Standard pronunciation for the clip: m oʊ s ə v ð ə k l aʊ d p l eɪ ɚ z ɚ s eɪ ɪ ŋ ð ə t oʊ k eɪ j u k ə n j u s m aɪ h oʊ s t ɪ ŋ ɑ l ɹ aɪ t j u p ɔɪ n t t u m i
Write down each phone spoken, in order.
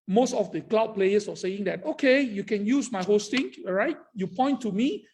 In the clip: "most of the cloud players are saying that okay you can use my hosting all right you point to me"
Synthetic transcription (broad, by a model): m oʊ s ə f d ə k l aʊ d p l eɪ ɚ s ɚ s eɪ ɪ ŋ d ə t oʊ k eɪ j u k ə n j u s m aɪ h oʊ s t ɪ ŋ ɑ ɹ aɪ t j u p ɔɪ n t t u m i